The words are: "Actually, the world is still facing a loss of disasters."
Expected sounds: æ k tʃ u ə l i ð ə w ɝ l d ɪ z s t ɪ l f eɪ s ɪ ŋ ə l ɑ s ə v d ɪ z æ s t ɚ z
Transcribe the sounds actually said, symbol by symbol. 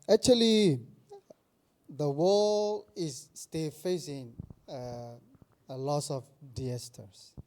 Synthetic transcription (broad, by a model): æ k tʃ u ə l i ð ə w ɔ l ɪ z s t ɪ l f eɪ s ɪ ŋ ə l ɑ s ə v d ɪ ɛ s t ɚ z